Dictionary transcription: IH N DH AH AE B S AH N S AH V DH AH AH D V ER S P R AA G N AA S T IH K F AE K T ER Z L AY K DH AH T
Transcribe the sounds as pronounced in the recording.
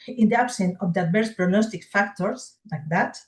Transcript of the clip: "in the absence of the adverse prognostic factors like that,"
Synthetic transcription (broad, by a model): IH N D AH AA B S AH N AH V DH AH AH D B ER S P R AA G N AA S T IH K F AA K T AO S L AY K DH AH T